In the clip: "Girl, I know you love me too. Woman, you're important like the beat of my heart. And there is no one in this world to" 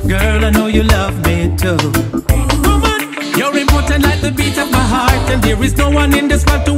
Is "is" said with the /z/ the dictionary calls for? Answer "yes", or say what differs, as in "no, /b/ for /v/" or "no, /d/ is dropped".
yes